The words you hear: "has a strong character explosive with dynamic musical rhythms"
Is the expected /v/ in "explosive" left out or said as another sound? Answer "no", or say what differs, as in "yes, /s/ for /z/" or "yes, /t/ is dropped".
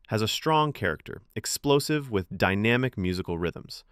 no